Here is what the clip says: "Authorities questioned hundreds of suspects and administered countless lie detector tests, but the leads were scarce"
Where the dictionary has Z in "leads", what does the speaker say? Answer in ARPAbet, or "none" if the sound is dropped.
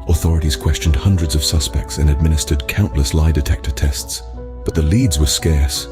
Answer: Z